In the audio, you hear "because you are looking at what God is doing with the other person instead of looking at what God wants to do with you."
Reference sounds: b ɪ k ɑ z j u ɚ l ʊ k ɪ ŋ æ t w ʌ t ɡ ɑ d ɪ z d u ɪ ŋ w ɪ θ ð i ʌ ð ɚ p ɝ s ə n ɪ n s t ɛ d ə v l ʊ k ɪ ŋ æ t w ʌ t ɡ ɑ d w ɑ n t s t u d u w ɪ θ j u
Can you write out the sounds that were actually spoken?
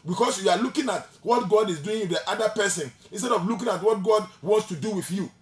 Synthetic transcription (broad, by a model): b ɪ k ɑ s j u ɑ l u k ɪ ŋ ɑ t w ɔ t ɡ ɑ d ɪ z d u ɪ ŋ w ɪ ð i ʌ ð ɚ p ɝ s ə n ɪ n s t ɛ d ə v l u k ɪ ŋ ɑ t w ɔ t ɡ ɑ d w ɑ n t s t u d u w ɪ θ j u